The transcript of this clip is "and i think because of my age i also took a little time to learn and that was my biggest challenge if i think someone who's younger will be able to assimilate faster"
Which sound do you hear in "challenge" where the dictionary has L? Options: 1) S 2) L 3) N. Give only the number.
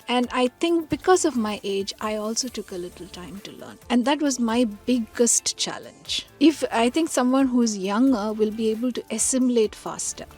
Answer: 2